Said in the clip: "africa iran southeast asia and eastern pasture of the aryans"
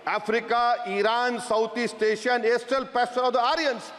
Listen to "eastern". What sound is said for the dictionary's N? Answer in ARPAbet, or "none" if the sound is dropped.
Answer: L